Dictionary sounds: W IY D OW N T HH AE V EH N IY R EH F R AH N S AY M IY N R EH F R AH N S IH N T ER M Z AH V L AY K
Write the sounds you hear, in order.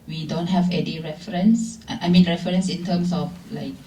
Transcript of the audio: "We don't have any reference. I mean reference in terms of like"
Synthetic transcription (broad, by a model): W IY D OW N T HH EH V EH N IY R EH F R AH N S AY M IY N R EH F R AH N S IH N T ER M S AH F L AY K